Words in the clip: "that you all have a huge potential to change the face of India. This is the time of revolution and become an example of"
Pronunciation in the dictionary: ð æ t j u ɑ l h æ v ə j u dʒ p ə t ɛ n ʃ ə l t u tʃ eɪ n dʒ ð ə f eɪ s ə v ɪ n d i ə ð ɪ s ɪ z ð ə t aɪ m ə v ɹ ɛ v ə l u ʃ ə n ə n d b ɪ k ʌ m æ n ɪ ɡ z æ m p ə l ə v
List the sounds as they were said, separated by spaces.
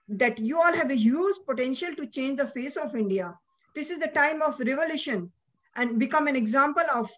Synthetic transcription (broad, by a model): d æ t j u ɑ l h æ v ə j u z p ə t ɛ n ʃ ə l t u tʃ eɪ n dʒ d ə f eɪ s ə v ɪ n d i ə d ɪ s ɪ z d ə t aɪ m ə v ɹ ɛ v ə l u ʃ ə n ə n d b ɪ k ʌ m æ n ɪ ɡ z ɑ m p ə l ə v